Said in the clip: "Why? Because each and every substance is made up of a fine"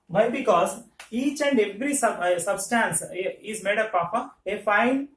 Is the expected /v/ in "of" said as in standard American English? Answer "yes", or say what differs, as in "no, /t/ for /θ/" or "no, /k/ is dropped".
no, /p/ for /v/